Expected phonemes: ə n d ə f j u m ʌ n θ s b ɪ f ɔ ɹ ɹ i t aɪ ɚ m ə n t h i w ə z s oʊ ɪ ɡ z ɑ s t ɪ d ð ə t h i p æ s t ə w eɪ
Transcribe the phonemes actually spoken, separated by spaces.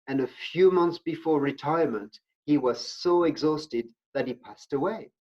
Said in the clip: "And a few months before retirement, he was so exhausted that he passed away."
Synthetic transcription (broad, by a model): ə n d ə f j u m ʌ n θ s b ɪ f ɔ ɹ ɹ i t aɪ ɚ m ə n t h i w ə z s oʊ ɪ ɡ z ɑ s t ɪ d ð ə t h i p æ s t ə w eɪ